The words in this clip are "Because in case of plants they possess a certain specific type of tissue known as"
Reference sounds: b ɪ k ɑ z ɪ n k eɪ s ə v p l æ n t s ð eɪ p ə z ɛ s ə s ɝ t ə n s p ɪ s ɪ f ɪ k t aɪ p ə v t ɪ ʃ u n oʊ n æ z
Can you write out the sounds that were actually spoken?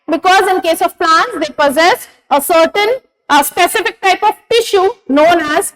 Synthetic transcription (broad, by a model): b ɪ k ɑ z ɪ n k eɪ s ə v p l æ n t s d eɪ p ə z ɛ s ə s ɝ t ə n s p ɪ s ɪ f ɪ k t aɪ p ə v t ɪ ʃ u n oʊ n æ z